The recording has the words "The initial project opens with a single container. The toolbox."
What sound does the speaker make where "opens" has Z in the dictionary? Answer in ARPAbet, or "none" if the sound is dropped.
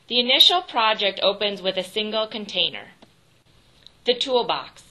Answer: Z